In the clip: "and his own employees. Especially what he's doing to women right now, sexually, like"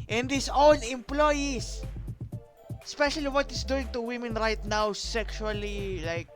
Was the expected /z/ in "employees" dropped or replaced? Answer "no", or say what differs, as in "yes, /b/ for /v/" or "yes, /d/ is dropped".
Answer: yes, /s/ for /z/